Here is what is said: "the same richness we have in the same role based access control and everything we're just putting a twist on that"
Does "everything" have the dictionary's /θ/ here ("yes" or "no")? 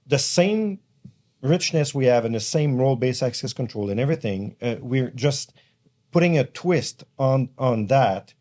yes